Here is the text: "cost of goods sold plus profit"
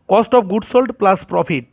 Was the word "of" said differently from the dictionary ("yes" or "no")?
yes